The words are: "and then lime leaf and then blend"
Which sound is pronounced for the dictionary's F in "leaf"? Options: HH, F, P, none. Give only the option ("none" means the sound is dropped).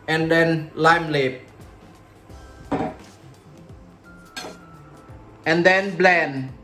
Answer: P